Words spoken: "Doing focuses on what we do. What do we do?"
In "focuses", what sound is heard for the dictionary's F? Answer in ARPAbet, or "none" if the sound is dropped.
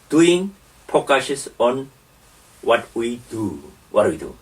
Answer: P